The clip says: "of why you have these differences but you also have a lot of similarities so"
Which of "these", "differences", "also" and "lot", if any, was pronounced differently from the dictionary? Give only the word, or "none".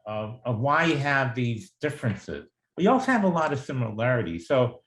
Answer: none